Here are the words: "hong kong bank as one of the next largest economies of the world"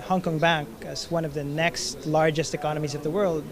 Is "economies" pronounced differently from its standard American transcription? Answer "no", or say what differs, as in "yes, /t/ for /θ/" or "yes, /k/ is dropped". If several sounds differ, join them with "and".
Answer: no